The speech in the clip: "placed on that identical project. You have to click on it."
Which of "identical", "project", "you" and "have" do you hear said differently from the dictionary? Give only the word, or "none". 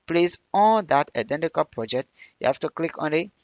have